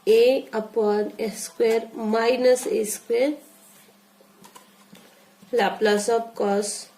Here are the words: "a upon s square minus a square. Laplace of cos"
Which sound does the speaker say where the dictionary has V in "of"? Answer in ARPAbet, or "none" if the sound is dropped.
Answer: P